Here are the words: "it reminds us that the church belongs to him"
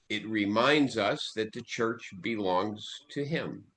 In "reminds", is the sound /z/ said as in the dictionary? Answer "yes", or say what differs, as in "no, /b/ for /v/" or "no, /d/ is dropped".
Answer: yes